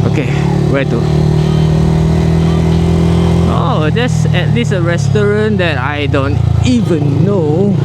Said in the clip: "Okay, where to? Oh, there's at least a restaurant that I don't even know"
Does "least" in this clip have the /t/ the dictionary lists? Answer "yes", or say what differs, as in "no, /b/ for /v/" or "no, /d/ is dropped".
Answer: no, /t/ is dropped